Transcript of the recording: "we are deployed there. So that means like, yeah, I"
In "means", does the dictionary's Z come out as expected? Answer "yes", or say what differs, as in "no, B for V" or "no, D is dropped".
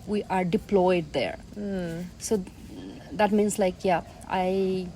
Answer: no, S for Z